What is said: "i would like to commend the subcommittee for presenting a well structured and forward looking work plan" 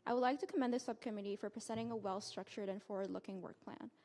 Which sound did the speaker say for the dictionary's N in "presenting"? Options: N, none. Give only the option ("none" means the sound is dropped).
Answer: none